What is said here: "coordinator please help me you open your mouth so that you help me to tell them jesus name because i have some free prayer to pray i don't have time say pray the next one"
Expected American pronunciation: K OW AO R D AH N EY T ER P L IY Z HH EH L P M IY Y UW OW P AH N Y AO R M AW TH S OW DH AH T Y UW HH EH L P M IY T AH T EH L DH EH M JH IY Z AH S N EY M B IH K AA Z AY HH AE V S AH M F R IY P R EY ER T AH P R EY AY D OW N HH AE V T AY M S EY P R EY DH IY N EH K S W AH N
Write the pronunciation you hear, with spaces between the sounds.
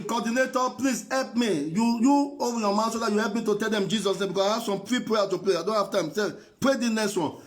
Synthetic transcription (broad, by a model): K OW AO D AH N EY T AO P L IY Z HH EH L P M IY Y UW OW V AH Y AO M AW T S OW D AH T Y UW HH EH L P M IY T AH T EH L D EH M JH IY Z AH S N EY M B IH K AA S AY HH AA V S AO M P R IY P R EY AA T AH P R EY AY D OW N HH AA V T AY M S EY P R EY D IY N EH S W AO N